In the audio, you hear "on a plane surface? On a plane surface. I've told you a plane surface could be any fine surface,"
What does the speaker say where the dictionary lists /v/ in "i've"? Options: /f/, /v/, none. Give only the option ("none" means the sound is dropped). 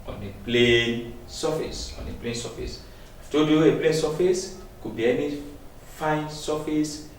/f/